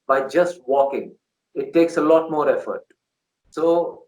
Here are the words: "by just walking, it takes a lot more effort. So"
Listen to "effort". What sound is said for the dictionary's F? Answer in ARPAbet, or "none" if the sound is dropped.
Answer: F